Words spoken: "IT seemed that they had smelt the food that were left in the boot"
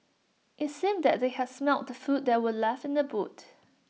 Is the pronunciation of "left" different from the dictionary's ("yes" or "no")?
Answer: yes